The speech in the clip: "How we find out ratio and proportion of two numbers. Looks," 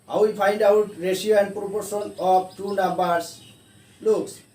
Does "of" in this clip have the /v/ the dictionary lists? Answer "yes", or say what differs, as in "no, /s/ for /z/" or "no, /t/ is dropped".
no, /b/ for /v/